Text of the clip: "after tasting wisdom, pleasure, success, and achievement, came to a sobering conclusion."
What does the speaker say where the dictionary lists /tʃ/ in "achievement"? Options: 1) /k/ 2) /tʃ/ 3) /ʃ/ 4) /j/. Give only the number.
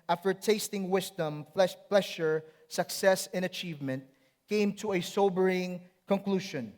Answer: 2